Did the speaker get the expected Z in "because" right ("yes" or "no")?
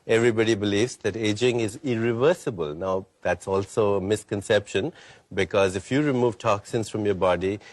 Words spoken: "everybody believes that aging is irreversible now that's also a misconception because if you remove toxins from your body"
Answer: yes